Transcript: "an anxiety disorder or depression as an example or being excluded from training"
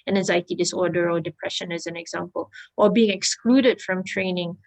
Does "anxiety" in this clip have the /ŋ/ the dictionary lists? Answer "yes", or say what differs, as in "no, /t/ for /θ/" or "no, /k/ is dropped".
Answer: no, /ŋ/ is dropped